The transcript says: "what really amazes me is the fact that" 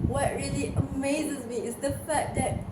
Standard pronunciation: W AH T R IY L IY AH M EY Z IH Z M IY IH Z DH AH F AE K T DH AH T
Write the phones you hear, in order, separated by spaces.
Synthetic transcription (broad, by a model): W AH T R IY L IY AH M EY Z IH Z M IY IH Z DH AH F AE T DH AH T